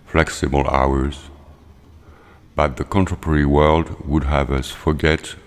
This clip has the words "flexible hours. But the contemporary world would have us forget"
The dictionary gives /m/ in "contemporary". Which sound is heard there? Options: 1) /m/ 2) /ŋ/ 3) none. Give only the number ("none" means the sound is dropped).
3